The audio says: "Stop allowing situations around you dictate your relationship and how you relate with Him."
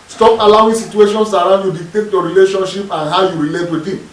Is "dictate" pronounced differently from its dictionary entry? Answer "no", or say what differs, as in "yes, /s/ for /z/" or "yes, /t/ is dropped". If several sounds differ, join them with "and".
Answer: yes, /k/ is dropped